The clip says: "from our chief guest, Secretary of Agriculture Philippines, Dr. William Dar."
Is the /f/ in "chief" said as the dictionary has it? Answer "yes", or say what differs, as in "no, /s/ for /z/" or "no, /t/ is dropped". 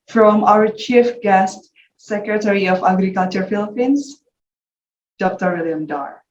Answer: yes